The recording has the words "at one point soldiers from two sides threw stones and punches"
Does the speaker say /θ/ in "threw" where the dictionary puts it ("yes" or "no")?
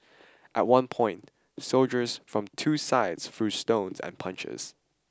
no